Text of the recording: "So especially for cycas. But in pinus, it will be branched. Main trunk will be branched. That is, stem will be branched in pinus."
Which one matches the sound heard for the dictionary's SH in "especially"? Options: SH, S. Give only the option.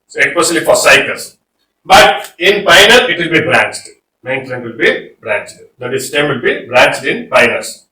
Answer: S